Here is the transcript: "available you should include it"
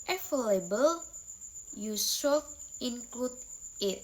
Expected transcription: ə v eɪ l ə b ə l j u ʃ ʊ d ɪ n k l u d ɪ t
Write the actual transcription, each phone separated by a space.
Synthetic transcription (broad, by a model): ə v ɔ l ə b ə l j u s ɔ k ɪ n k l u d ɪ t